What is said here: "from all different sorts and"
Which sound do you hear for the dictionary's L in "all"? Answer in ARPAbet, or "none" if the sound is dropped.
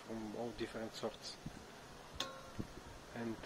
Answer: W